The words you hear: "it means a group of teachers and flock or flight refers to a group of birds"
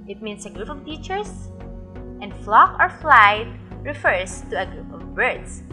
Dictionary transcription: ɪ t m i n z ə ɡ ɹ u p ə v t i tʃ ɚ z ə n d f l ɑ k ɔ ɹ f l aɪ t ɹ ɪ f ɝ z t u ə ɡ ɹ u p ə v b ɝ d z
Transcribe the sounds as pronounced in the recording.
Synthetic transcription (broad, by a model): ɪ t m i n s ə ɡ ɹ u p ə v t i tʃ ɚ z ə n d f l ɑ k ɔ ɹ f l aɪ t ɹ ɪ f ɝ s t u ə ɡ ɹ u p ə v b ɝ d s